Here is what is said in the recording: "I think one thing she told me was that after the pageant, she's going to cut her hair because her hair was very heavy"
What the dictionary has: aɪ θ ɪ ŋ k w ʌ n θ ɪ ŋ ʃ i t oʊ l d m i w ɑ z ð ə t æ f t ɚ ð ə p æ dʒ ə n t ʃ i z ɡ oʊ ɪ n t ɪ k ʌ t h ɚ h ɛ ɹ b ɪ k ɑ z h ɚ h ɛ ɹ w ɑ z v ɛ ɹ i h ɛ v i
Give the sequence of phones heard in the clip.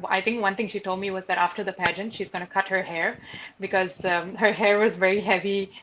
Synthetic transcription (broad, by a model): aɪ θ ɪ ŋ k w ʌ n t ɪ ŋ ʃ i t oʊ l d m i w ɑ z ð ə t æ f t ɚ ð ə p æ dʒ ə n t ʃ i z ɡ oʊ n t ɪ k ʌ t h ɚ h ɛ ɹ b ɪ k ɑ z h ɚ h ɛ ɹ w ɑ z v ɛ ɹ i h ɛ v i